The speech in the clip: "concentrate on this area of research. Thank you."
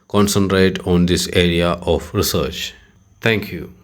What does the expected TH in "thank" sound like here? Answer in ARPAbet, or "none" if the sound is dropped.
T